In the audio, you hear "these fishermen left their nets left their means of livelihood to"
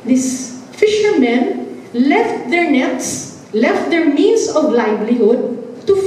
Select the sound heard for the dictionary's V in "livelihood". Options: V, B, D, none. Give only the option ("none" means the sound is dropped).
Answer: B